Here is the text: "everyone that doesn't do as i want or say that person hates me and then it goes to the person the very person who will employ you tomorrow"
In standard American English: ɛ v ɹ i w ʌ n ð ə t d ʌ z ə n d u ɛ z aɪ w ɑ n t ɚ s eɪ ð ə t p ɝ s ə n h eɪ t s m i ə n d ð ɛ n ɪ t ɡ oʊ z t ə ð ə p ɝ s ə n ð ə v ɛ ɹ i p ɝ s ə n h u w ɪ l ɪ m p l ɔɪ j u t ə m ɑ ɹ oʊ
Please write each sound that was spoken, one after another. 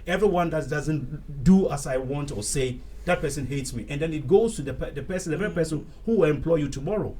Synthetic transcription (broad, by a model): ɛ v ɹ i w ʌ n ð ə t d ʌ z ə n d u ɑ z aɪ w ɑ n t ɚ s eɪ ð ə t p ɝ s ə n h eɪ t s m i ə n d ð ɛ n ɪ t ɡ oʊ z t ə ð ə p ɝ s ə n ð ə v ɛ ɹ i p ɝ s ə n h u w ɪ l ɪ m p l ɔɪ j u t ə m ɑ ɹ oʊ